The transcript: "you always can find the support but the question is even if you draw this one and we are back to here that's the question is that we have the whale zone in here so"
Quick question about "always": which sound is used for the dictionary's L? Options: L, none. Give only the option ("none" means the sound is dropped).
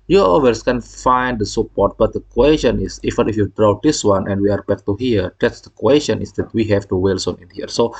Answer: none